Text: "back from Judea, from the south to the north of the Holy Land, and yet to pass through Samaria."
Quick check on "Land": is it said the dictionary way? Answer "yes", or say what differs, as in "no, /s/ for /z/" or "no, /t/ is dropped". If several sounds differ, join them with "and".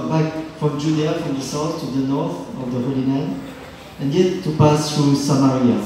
no, /n/ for /l/ and /d/ is dropped